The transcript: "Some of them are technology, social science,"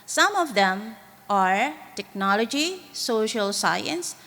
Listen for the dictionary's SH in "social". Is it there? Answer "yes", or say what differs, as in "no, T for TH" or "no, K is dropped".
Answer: yes